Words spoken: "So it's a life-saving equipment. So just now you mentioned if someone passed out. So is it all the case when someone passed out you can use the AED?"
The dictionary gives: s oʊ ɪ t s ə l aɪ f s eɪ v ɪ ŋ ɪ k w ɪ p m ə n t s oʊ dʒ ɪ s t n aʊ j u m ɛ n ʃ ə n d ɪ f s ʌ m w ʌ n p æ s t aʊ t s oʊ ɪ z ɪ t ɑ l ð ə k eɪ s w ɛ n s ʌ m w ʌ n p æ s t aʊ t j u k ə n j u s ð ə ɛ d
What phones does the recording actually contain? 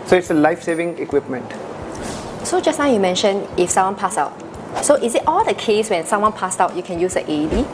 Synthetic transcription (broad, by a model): s oʊ ɪ t s ə l aɪ f s eɪ v ɪ ŋ ɪ k w ɪ p m ə n t s oʊ dʒ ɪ s n aʊ j u m ɛ n ʃ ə n ɪ f s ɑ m w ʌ n p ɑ s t aʊ t s oʊ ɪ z ɪ t ɑ l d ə k eɪ s w ɛ n s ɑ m w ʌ n p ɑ s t aʊ t j u k ə n j u s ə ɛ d